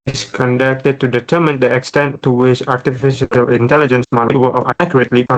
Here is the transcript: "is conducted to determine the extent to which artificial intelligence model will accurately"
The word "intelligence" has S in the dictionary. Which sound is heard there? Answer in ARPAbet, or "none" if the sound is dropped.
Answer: S